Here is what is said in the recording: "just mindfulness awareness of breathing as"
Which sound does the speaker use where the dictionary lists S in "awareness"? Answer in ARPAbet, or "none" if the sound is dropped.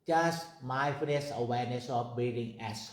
S